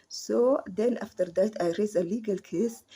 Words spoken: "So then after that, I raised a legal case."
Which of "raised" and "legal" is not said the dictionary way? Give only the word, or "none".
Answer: raised